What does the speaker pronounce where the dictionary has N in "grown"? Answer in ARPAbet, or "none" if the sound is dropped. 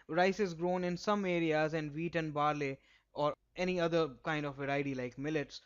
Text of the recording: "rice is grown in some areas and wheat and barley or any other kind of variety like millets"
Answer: N